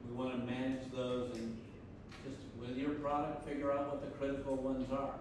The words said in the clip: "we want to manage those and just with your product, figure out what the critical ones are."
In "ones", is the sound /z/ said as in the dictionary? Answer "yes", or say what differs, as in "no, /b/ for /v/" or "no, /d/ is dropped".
yes